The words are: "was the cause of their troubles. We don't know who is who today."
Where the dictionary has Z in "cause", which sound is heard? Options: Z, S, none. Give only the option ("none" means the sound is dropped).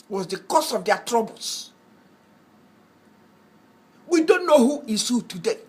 S